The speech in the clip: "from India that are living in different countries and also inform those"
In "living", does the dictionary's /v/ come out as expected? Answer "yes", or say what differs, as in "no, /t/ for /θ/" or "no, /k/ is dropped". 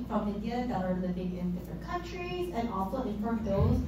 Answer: no, /b/ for /v/